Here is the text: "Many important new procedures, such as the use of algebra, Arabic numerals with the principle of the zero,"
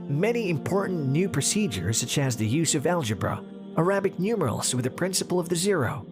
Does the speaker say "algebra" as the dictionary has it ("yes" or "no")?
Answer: yes